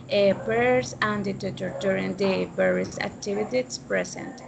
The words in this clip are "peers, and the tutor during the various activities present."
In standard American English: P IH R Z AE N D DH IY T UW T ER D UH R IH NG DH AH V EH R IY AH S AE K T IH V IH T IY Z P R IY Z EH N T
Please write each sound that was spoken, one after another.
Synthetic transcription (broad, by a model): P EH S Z AE N D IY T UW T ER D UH R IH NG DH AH B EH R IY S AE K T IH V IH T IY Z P R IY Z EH N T